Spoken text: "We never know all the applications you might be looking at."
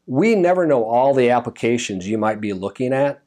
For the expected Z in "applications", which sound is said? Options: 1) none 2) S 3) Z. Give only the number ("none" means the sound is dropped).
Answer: 3